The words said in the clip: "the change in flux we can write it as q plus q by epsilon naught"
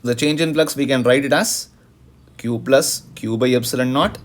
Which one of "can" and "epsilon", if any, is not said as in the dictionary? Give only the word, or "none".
epsilon